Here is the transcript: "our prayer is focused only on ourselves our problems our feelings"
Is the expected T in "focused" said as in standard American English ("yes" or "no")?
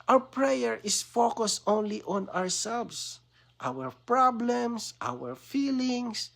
yes